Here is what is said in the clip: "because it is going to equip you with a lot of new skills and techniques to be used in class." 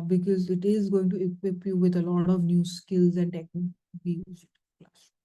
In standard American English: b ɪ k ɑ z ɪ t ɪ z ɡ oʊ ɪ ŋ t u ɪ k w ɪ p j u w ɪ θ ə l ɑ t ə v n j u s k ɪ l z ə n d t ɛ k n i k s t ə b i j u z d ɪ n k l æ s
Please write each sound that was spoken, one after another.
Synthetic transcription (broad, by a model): b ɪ k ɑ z ɪ t ɪ z ɡ oʊ ɪ ŋ t u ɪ k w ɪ p j u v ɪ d ə l ɑ t ə v n j u s k ɪ l z ə n d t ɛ k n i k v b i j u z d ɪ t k l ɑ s